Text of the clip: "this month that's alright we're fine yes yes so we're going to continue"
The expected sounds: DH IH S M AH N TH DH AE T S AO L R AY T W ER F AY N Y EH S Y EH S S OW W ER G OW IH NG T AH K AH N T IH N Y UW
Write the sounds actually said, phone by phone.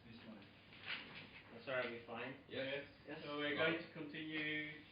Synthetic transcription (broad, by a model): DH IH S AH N DH AE T S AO R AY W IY F AY N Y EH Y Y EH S S OW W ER G OW IH NG T AH K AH N T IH N Y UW